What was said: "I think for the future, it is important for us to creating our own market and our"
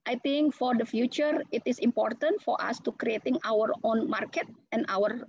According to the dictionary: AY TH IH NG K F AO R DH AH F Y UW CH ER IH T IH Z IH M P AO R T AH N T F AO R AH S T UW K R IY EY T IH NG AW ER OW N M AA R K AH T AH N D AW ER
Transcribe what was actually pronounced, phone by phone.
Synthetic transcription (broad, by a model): AY T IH NG K F AO R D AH F Y UW CH ER IH T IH S IH M P AO R T AH N T F AO R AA S T UW K R IY EY T IH NG AW ER OW N M AA R K AH T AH N AW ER